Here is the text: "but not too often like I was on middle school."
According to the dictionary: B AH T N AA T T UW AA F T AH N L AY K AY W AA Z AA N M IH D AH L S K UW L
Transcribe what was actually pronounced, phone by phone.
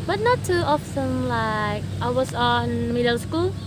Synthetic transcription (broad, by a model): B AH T N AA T T UW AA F S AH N L AY K AY W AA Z AA N M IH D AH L S K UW L